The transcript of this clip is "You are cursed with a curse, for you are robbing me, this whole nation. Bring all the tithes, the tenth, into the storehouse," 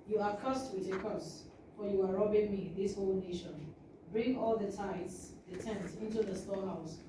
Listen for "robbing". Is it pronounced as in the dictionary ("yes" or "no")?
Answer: yes